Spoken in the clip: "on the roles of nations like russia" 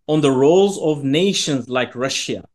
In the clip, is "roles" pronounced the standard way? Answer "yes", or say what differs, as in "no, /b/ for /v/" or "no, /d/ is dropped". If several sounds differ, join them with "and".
yes